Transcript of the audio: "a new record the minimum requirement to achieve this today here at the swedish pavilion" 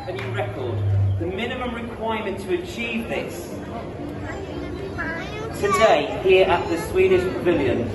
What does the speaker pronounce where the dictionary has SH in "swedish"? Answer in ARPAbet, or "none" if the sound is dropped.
SH